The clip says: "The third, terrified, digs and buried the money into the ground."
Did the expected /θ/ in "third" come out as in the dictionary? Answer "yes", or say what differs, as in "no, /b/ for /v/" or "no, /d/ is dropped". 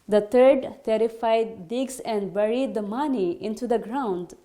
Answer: no, /t/ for /θ/